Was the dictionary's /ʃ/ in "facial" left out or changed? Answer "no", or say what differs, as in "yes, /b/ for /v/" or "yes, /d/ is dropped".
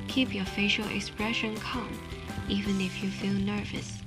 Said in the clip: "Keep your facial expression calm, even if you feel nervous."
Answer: no